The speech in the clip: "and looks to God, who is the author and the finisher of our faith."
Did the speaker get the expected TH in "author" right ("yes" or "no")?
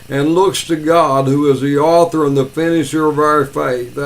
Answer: yes